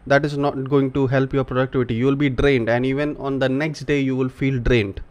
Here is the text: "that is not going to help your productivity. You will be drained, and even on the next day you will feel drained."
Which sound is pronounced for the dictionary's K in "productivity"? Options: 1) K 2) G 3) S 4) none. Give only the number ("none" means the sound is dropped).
1